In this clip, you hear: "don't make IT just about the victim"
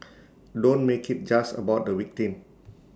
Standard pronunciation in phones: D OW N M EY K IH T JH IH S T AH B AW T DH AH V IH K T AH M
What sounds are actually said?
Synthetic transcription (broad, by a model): D OW N M EY K IH T JH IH S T AH B AW T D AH W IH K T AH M